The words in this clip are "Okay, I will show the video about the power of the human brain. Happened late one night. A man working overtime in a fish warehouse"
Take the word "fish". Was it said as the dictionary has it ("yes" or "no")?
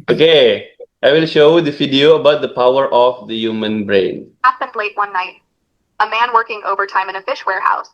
yes